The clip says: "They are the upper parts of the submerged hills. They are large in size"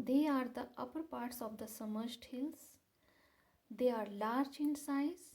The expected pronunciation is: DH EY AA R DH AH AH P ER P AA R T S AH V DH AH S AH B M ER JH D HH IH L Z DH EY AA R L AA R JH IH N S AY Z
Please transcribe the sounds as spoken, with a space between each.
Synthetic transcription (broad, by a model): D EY AA R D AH AH P ER P AA R T S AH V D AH S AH M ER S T HH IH L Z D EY AA R L AA R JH IH N S AY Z